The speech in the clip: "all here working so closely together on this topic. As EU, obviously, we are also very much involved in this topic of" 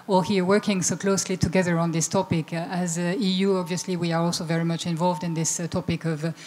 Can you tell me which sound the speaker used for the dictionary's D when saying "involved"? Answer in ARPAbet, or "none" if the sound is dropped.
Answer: D